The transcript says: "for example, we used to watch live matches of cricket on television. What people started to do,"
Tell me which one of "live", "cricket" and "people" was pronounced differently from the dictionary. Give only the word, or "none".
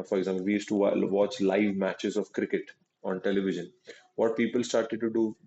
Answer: none